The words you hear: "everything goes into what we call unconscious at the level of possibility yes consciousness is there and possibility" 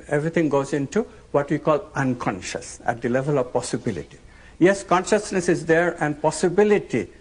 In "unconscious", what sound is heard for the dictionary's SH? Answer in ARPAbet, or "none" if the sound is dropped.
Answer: SH